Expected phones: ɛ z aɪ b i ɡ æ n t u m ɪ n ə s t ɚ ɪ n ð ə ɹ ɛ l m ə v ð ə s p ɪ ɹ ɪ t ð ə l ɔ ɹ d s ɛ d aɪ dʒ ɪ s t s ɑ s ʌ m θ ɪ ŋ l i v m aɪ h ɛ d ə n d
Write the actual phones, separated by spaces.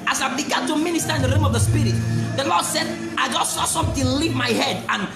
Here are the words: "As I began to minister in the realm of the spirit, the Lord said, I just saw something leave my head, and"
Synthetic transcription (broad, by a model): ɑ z aɪ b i ɡ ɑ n t u m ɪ n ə s t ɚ ɪ n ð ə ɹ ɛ m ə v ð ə s p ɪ ɹ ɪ t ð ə l ɔ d s ɛ d aɪ dʒ ɪ s t s ɑ s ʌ m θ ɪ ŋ l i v m aɪ h ɛ d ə n